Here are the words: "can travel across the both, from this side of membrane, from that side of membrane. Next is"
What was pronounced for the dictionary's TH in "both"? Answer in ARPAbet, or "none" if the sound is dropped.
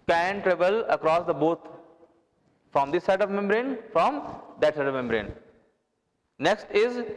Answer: T